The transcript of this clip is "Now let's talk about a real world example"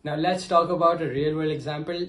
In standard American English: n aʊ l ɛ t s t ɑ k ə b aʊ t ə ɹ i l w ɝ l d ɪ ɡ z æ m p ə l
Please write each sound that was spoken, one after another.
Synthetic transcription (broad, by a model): n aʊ l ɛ t s t ɑ k ə b aʊ t ə ɹ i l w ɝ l ɪ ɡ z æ m p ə l